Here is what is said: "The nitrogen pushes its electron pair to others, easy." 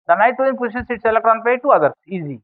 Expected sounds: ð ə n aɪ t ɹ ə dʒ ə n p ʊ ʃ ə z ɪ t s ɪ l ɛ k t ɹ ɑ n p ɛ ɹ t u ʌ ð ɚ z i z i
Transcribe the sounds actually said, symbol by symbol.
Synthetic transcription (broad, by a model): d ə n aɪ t ə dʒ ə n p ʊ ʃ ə s ɪ t s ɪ l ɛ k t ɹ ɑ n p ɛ t u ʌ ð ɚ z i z i